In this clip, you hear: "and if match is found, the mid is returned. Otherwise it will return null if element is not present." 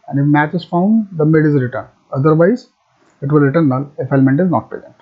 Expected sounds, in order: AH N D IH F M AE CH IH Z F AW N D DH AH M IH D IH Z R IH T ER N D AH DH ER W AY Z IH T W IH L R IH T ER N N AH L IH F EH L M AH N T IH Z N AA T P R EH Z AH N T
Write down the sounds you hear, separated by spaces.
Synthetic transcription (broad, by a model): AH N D IH F M AE CH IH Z F AW N D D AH M IH D IH Z R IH T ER N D AH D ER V AY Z IH T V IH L R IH T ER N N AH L IH F EH L M AH N T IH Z N AA T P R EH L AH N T